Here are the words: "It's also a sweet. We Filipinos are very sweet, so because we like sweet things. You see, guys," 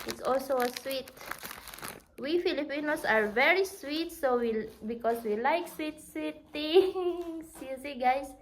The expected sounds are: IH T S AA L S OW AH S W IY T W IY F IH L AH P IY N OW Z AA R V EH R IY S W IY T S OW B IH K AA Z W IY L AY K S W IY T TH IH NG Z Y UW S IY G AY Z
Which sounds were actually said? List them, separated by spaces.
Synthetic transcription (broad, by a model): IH T S AA L S OW AH S W IY T W IY F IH L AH P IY N OW S AA R V EH R IY S W IY T S OW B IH K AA S W IY L AY K S W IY T T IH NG S Y UW S IY G AY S